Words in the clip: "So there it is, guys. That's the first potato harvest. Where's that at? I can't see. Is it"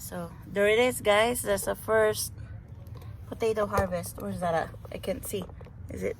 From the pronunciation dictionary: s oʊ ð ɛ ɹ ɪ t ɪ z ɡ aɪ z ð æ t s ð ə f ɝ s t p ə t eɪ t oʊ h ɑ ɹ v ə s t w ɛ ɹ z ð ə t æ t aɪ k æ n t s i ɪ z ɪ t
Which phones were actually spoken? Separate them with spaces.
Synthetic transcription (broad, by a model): s oʊ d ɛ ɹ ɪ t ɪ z ɡ aɪ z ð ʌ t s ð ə f ɝ s t p ə t eɪ t oʊ h ɑ ɹ v ə s t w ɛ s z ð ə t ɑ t aɪ k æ n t s i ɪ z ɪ t